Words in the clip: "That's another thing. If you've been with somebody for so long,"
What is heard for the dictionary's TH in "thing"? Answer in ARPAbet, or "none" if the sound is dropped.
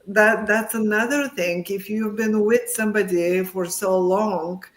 TH